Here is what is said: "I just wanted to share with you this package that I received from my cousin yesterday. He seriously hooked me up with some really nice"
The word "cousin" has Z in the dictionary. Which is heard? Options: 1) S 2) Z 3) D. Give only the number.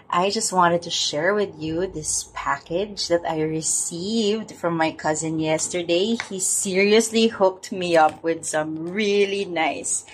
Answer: 2